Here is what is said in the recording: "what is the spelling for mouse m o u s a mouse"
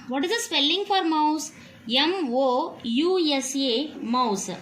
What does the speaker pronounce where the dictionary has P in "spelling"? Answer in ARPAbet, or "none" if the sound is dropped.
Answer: P